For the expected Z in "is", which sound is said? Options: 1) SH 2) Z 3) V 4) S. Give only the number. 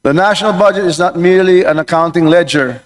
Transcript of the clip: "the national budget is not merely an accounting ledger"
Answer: 2